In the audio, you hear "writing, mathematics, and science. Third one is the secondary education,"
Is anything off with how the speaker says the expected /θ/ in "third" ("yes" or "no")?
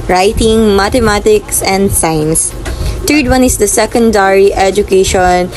yes